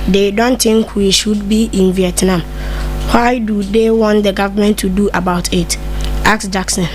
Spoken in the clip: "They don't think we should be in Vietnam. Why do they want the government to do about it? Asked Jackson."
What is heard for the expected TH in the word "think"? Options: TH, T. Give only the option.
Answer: T